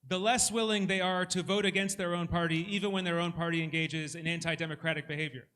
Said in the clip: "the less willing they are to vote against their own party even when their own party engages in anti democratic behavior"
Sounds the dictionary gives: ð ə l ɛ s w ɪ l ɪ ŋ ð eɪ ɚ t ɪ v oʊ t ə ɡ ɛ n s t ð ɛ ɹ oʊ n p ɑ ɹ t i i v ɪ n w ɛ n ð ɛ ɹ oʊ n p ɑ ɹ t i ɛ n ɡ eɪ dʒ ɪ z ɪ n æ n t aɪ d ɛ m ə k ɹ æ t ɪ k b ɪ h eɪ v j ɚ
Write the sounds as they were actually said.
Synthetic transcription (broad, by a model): ð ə l ɛ s w ɪ l ɪ ŋ ð eɪ ɚ t ɪ v oʊ t ə ɡ ɛ n s t ð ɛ ɹ oʊ n p ɑ ɹ t i i v ɪ n w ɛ n ð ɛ ɹ oʊ n p ɑ ɹ t i ɛ n ɡ eɪ dʒ ɪ z ɪ n æ n t aɪ d ɛ m ə k ɹ æ t ɪ k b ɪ h eɪ v j ɚ